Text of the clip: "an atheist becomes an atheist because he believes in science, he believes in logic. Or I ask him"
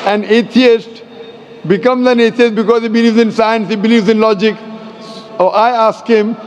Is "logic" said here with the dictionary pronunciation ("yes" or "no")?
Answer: yes